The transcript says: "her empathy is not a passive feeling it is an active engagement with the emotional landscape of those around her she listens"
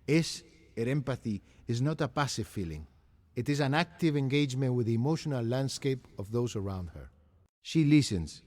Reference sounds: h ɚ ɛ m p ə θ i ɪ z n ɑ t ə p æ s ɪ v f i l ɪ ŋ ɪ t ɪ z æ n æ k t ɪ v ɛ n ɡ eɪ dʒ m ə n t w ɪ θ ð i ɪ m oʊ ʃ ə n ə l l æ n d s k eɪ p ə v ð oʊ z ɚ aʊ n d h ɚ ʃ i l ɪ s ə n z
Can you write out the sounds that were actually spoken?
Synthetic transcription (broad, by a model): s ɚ ɛ m p ə θ i ɪ z n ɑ t ə p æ s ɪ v f i l ɪ ŋ ɪ t ɪ z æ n æ k t ɪ v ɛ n ɡ eɪ dʒ m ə n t w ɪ ð i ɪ m oʊ ʃ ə n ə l l æ n d s k eɪ p ə v ð oʊ z ɚ aʊ n d h ɚ ʃ i l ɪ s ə n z